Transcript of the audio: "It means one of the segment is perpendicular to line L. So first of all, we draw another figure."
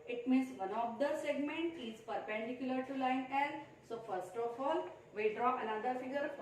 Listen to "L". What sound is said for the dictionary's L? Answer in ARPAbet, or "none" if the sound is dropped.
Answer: N